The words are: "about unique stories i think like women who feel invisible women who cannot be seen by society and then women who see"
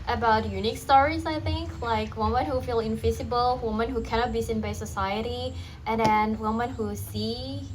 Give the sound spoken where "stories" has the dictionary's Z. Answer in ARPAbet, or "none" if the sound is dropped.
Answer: Z